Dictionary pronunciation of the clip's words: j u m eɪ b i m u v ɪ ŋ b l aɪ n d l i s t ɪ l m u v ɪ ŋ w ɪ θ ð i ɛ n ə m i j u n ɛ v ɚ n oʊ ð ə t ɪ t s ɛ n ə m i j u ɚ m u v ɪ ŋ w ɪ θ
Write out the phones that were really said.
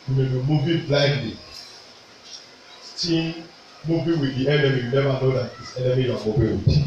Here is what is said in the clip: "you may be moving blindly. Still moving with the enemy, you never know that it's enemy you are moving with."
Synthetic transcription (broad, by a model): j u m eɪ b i m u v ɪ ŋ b l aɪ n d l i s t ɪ n m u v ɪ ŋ w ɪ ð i ɛ n ə m i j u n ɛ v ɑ n oʊ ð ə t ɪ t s ɛ n ə m i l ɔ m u b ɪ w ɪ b